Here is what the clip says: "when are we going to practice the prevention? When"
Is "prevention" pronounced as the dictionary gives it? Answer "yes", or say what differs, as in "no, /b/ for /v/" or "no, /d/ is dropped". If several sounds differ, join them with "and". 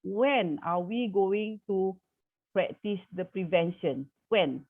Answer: yes